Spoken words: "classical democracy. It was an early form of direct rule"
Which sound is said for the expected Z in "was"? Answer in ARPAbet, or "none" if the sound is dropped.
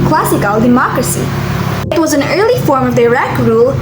Z